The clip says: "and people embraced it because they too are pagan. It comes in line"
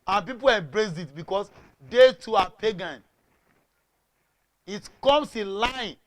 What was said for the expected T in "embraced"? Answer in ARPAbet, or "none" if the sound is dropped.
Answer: none